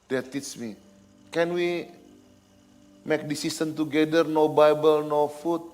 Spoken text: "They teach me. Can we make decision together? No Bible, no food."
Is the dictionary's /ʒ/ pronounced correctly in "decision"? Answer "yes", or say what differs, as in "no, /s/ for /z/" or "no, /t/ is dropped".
no, /s/ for /ʒ/